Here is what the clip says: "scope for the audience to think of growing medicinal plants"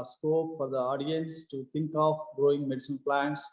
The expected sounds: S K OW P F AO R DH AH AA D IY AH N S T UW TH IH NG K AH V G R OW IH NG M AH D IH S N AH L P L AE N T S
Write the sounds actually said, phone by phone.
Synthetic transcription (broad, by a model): S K OW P F AO R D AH AA D IY AH N S T UW T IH NG K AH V G R OW IH NG M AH D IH S AH N P L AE N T S